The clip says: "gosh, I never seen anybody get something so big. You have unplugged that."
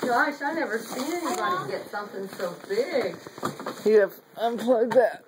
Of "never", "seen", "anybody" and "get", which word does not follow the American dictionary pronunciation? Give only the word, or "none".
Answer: seen